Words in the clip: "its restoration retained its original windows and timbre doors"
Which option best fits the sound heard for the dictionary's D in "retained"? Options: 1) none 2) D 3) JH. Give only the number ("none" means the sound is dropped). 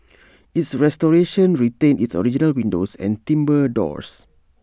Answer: 1